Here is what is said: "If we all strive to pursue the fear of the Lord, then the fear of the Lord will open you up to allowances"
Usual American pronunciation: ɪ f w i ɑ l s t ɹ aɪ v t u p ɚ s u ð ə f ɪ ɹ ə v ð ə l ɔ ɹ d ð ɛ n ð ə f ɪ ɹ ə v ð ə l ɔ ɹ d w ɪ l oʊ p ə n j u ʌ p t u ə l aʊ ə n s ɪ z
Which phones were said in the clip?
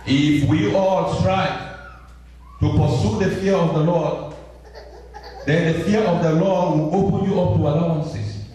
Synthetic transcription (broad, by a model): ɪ f w i ɑ l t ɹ aɪ t u p ɚ s u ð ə f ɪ ɹ ə v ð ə l ɔ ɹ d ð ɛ n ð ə f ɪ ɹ ə v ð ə l ɔ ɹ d w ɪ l oʊ p ə n j u ʌ p t u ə l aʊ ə n s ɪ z